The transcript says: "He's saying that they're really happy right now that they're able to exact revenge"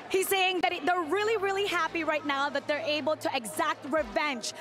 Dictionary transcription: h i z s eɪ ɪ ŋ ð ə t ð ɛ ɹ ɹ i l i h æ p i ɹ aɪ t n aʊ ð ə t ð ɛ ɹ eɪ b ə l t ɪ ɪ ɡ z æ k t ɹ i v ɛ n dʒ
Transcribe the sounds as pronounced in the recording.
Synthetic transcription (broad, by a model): h i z s eɪ ɪ ŋ ð ə t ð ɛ ɹ ɹ i l i h æ p i ɹ aɪ t n aʊ ð ə t ð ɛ ɹ eɪ b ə l t ɪ ɪ ɡ z æ k t ɹ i v ɛ n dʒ